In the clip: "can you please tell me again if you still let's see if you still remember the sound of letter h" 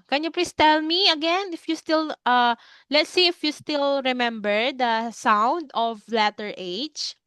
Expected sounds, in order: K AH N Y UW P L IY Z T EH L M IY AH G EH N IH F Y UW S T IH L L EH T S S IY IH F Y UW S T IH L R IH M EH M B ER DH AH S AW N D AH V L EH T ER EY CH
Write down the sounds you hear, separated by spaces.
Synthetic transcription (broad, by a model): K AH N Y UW P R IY S T EH L M IY AH G EH N IH F Y UW S T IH L L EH T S S IY IH F Y UW S T IH L R IH M EH M B ER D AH S AW N D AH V L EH T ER EY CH